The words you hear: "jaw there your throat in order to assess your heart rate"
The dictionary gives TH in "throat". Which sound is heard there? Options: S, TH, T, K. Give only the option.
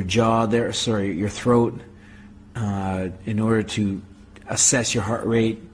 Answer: TH